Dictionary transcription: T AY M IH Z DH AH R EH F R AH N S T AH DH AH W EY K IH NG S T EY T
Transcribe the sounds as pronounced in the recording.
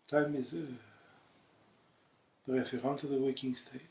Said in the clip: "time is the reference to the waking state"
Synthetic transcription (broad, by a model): T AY M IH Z DH AH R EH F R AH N T AH DH AH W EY K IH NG S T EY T